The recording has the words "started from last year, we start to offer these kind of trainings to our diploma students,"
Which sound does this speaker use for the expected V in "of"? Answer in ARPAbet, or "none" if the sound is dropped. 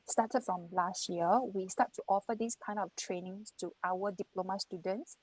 F